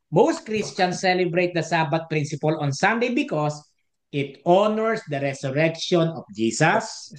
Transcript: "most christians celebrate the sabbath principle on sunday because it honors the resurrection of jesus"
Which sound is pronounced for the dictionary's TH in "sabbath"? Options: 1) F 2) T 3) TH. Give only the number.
2